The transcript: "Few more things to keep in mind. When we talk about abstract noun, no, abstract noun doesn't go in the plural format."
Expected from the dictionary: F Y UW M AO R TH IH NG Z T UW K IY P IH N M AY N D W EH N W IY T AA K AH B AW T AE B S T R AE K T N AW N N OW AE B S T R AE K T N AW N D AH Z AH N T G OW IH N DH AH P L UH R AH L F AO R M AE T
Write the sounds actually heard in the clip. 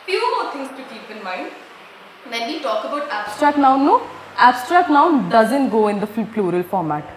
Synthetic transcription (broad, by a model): F Y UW M AO R T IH NG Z T UW K IY P IH N M AY N D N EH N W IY T AA K AH B AW T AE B S T R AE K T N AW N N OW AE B S T R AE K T N AW N D AH Z AH N T G OW IH N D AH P L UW R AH L F AO R M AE T